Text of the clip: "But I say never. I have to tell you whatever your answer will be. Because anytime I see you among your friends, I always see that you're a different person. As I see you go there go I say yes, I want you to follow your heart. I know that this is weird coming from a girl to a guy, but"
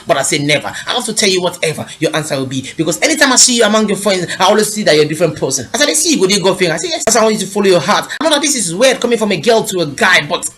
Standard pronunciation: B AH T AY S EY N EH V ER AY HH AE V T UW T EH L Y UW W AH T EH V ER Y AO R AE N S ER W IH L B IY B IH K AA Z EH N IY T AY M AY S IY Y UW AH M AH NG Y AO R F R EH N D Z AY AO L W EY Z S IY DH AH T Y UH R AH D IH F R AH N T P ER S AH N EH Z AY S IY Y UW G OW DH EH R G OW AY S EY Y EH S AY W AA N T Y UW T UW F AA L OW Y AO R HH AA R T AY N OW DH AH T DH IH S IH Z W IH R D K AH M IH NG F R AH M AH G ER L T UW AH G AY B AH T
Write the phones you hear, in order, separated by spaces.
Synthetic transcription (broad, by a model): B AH T AY S EY N EH V ER AY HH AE F T UW T EH L Y UW W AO T EH V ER Y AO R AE N S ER W IH L B IY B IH K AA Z EH N IY T AY M AY S IY Y UW AH M AH NG Y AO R F R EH N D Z AY AO L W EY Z S IY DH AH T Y AH D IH F R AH N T P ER S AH N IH S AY S IY Y UW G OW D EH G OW AY S EY Y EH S AY W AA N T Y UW T UW F AA L OW Y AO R HH AA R T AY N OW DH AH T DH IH S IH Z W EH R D K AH M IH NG F R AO M AH G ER L T UW AH G AY B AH T